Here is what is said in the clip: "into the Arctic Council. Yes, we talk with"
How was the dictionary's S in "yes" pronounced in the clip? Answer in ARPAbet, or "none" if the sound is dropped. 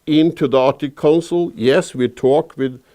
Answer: S